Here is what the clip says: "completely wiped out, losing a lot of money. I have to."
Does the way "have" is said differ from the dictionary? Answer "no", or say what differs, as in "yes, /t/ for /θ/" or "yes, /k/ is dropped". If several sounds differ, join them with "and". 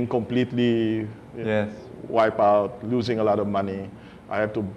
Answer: yes, /f/ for /v/